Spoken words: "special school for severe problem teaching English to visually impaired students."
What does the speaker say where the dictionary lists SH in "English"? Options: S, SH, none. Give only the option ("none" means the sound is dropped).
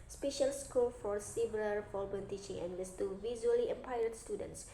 S